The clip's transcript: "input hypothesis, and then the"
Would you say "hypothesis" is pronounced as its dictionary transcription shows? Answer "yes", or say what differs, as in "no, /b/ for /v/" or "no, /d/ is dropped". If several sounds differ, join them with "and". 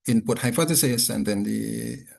no, /f/ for /p/ and /t/ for /θ/